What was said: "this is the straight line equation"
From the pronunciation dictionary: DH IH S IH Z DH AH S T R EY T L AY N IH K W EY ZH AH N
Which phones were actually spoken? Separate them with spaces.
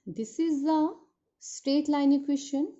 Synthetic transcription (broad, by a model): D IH S IH Z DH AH S T R EY T L AY N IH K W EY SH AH N